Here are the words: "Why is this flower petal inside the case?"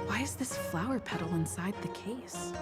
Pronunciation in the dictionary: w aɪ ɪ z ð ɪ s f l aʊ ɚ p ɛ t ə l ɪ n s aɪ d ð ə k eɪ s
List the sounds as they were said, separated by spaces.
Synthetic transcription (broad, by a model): w aɪ ɪ z ð ɪ s f l aʊ ɚ p ɛ t l ɪ n s aɪ d ð ə k eɪ s